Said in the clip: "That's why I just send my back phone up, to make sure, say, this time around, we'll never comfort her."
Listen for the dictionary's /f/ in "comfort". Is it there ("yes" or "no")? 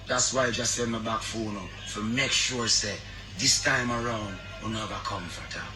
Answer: yes